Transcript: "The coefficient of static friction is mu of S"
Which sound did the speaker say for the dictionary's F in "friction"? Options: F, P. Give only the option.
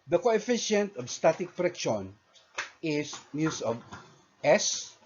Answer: P